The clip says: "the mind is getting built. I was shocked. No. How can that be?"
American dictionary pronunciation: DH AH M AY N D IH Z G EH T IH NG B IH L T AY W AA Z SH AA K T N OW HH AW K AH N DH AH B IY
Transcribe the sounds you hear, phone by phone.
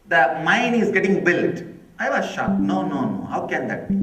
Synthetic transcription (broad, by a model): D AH M AY N IH Z G EH T IH NG B IH L T AY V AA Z SH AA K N N OW HH AW K AH N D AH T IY